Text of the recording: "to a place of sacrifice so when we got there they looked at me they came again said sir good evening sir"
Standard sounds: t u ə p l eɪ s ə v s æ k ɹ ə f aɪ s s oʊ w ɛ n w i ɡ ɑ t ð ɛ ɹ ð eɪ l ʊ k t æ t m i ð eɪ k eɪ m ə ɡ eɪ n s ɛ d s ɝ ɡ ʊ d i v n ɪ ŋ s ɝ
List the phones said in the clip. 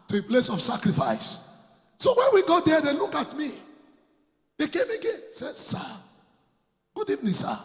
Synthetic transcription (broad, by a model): t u ə p l eɪ s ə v s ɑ k ɹ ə f aɪ s s oʊ w ɛ n w i ɡ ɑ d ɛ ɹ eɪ l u k ɑ t m i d eɪ k eɪ m ə ɡ eɪ n s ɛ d s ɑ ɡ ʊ d i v n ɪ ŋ s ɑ